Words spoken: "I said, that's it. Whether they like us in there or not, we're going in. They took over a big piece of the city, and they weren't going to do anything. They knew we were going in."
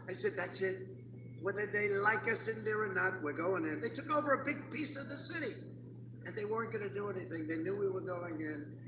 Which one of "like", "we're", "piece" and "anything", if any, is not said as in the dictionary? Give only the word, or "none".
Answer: none